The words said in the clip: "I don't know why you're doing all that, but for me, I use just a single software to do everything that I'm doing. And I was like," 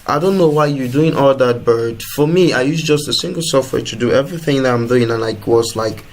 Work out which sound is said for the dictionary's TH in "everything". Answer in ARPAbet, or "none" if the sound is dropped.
TH